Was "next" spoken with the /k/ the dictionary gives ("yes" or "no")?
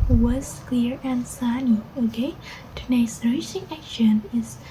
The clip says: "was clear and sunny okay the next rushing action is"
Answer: no